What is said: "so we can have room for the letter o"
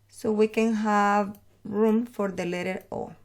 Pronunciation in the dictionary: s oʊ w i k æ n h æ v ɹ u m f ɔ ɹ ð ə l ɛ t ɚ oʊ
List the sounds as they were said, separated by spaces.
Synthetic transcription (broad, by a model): s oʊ w i k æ n h æ v ɹ u m f ɔ ɹ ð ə l ɛ t ɚ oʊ